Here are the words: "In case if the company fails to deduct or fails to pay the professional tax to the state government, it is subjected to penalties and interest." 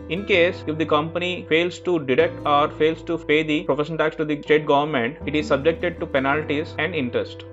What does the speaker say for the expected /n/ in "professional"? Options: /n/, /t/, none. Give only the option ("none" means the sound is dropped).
none